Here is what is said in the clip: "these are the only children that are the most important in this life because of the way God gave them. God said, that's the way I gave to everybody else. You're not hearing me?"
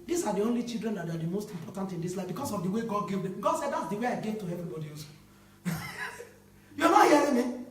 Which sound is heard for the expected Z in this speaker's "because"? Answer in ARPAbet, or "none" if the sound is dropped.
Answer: S